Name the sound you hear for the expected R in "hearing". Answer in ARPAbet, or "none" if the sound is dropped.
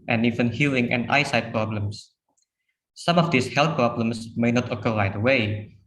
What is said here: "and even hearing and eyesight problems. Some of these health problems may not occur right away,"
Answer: L